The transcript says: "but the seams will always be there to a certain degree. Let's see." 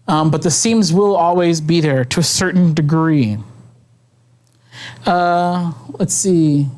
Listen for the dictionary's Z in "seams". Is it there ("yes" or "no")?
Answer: yes